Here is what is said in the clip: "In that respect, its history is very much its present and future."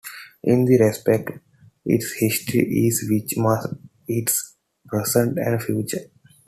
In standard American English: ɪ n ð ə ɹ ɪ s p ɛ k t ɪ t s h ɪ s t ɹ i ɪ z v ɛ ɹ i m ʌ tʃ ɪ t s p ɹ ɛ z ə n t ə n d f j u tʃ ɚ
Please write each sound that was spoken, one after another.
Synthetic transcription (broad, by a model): ɪ n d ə ɹ ɪ s p ɛ k t ɪ t s h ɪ s t ɹ i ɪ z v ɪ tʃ m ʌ s ɪ t s p ɹ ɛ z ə n t ə n d f j u tʃ ɚ